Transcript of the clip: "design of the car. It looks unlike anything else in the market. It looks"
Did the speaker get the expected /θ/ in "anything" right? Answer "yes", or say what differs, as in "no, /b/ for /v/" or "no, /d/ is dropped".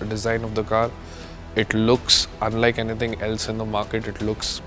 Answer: no, /t/ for /θ/